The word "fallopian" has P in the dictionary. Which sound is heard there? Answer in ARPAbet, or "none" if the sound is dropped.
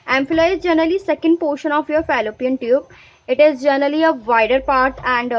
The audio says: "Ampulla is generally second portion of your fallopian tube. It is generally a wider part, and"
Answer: P